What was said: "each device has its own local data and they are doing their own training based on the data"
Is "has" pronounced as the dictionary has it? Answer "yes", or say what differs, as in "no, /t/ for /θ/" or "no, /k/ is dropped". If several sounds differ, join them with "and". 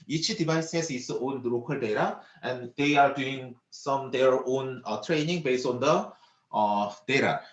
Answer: no, /s/ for /z/